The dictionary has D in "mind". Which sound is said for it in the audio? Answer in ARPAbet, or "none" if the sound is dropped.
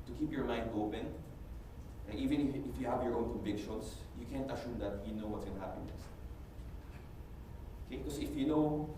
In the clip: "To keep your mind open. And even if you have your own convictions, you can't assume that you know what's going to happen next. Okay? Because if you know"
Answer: D